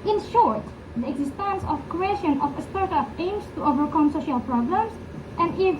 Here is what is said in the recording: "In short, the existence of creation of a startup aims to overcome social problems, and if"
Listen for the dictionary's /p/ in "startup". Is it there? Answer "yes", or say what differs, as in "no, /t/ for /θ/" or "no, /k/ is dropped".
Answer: no, /f/ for /p/